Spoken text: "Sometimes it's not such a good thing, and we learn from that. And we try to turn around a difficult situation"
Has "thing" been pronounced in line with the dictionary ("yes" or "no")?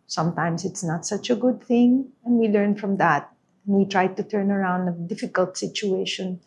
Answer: yes